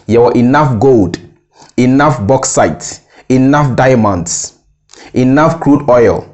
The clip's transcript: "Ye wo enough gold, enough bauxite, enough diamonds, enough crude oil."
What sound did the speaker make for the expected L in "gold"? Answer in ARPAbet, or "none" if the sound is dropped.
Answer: L